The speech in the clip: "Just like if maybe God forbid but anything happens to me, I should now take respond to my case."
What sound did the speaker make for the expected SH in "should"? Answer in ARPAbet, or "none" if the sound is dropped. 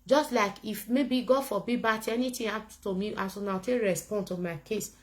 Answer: S